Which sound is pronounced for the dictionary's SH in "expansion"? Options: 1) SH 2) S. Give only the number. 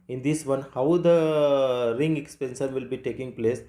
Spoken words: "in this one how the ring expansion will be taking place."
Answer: 2